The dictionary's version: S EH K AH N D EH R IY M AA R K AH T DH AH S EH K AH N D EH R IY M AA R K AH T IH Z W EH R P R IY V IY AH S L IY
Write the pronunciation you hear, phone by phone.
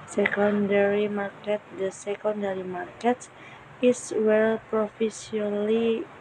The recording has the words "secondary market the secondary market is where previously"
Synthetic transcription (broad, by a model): S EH K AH N D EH R IY M AA R K AH T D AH S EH K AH N D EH R IY M AA R K AH T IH S W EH L P R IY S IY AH L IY